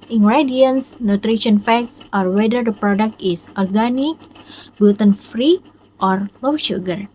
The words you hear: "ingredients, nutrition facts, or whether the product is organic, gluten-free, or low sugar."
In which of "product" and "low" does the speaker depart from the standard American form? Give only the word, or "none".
none